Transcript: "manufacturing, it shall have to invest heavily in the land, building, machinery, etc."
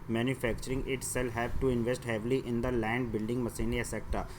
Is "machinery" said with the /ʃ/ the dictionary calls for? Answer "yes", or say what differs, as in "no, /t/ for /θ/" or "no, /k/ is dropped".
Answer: no, /s/ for /ʃ/